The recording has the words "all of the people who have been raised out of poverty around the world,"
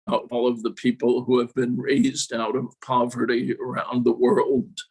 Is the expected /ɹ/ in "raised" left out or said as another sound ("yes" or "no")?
no